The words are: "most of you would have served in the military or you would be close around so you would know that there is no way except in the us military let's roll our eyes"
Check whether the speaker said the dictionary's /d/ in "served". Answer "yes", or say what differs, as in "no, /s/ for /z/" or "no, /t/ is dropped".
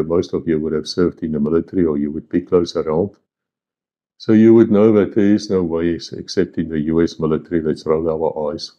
yes